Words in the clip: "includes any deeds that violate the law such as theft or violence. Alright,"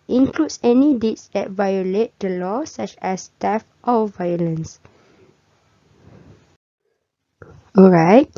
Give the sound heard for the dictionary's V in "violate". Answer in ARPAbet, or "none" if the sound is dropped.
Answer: V